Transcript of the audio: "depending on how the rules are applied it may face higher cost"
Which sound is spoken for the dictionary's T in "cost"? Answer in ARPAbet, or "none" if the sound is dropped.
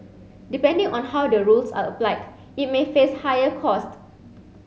T